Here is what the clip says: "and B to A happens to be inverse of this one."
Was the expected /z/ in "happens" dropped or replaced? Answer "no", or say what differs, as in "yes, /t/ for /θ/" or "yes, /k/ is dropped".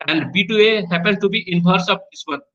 yes, /z/ is dropped